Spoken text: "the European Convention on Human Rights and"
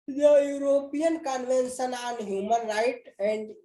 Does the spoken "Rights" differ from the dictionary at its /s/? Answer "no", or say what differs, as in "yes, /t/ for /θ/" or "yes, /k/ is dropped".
yes, /s/ is dropped